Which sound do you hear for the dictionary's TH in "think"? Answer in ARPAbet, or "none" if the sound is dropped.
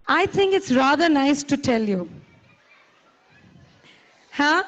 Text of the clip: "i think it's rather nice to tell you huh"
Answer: T